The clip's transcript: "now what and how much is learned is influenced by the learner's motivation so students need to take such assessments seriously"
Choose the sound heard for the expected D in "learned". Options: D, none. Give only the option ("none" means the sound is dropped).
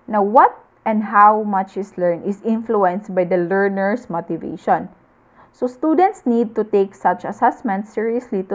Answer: none